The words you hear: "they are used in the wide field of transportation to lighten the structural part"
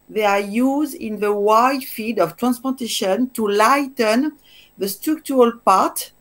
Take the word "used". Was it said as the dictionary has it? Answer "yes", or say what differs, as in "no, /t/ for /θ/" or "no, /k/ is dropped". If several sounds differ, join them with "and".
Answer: yes